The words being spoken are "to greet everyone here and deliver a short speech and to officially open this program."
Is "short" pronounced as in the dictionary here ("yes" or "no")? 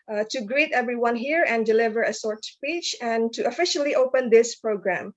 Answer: no